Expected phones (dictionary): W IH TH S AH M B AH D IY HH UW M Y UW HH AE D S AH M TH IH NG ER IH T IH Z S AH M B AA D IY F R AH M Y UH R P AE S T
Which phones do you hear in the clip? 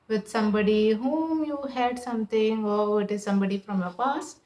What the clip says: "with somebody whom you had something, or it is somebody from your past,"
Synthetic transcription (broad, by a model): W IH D S AH M B AH D IY HH UW M Y UW HH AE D S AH M T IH NG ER IH T IH Z S AH M B AA D IY F R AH M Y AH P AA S